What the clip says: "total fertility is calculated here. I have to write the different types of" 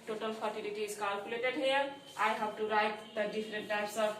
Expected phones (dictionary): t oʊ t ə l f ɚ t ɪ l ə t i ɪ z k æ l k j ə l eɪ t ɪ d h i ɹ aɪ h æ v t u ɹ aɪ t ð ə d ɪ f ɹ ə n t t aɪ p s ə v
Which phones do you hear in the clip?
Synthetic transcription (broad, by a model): t oʊ t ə l p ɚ t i l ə t i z k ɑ l k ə l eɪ t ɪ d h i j aɪ h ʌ b t u ɹ aɪ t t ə d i p ɹ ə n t t aɪ p s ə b